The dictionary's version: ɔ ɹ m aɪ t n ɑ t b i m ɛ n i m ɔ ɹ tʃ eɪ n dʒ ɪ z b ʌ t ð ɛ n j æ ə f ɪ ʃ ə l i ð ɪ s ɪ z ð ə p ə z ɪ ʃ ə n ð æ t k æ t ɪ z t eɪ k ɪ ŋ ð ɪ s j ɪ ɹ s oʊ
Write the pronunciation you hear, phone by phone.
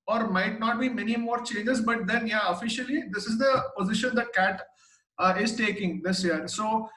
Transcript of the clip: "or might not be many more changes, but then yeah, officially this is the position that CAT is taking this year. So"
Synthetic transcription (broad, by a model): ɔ ɹ m aɪ t n ɑ t b i m ɛ n i m ɔ ɹ tʃ eɪ n dʒ ɪ z b ʌ t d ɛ n j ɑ ə f ɪ ʃ ə l i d ɪ s ɪ z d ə p ə z ɪ ʃ ə n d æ t k æ t ɪ z t eɪ k ɪ ŋ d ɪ s j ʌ ɹ s oʊ